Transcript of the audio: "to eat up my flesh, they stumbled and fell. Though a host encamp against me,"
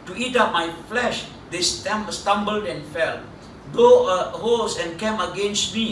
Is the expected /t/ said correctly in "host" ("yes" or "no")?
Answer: no